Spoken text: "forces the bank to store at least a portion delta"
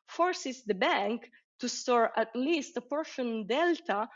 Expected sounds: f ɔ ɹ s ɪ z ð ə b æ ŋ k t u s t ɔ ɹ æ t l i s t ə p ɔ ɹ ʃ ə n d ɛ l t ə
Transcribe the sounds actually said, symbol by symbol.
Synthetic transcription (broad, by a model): f ɔ ɹ s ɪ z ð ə b æ ŋ k t u s t ɔ ɹ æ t l i s t ə p ɔ ɹ ʃ ə n d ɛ l t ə